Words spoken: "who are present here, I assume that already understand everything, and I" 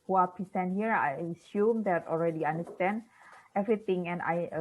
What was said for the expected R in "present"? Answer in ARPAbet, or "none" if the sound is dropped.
none